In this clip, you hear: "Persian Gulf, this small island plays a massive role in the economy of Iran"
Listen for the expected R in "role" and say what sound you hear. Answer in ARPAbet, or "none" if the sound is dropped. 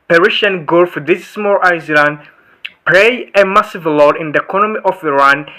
L